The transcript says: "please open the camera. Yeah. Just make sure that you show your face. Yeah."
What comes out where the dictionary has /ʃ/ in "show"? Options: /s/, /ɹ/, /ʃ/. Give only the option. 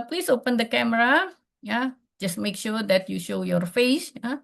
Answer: /ʃ/